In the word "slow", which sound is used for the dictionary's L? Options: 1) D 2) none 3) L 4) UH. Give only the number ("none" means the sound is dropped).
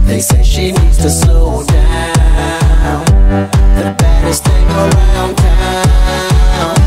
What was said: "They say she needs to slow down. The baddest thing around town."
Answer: 2